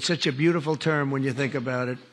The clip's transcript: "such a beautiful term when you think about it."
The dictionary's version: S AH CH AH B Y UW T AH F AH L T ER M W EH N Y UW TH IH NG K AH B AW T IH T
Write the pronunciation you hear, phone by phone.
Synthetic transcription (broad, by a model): S AH CH AH B Y UW T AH F L T ER M W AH N Y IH TH IH NG K AH B AW T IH T